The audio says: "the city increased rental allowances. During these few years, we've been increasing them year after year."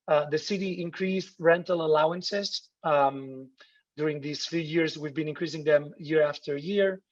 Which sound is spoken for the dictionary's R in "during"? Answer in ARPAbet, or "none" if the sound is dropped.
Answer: R